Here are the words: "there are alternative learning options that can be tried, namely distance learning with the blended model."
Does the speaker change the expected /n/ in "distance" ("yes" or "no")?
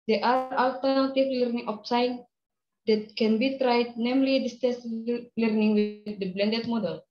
yes